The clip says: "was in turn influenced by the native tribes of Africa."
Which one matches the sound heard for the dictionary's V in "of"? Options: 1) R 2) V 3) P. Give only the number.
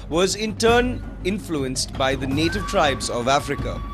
2